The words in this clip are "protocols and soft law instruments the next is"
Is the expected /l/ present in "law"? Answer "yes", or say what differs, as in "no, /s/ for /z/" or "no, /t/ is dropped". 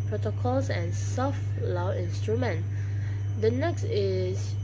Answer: yes